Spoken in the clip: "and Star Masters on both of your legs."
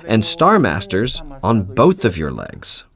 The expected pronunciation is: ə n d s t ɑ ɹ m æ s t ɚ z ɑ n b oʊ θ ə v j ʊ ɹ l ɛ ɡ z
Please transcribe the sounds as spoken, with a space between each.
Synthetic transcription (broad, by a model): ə n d s t ɑ ɹ m æ s t ɚ z n b oʊ θ ə v j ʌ ɹ l ɛ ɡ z